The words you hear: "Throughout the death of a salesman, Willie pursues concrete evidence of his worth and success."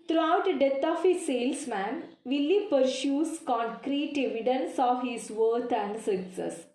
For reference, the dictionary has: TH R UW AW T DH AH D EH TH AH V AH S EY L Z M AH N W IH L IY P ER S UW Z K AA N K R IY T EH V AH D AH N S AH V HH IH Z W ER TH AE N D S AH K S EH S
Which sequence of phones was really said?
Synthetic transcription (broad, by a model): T R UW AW T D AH D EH T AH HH AH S EY L S M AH N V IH L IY P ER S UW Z K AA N K R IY T EH V AH D AH N S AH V HH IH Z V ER T AE N D S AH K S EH S